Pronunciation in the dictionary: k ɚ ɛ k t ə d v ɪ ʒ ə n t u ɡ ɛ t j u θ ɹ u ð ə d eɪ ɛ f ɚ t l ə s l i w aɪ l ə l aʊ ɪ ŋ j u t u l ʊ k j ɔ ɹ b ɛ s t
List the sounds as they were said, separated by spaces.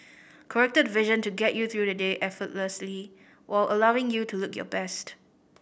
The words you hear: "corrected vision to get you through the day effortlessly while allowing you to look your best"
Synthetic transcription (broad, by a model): k ɚ ɛ k t ə d v ɪ ʒ ə n t u ɡ ɛ t j u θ ɹ u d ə d eɪ ɛ f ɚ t l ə s l i w aɪ l ə l aʊ ɪ ŋ j u t u l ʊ k j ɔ b ɛ s t